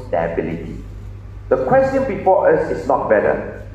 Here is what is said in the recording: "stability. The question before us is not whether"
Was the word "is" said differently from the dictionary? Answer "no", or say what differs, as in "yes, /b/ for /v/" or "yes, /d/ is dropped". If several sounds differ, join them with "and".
yes, /s/ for /z/